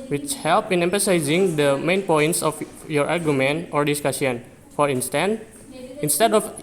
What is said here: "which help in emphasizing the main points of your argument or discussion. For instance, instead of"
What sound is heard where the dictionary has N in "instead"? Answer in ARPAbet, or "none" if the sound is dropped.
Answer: N